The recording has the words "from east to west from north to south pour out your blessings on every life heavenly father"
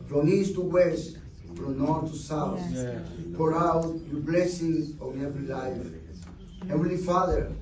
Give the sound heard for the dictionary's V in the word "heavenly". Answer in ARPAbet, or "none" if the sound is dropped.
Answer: W